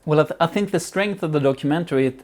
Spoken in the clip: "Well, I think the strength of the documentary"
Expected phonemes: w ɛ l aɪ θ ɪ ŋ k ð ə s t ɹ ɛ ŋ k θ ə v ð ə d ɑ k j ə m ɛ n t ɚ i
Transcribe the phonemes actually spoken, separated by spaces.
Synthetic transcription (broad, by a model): w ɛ l aɪ θ ɪ ŋ k ð ə s t ɹ ɛ ŋ k θ ə v ð ə d ɑ k j m ɛ n t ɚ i